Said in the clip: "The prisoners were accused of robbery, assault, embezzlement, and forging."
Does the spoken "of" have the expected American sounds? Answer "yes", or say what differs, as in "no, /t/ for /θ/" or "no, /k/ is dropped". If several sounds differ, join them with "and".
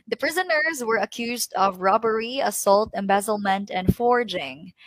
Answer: yes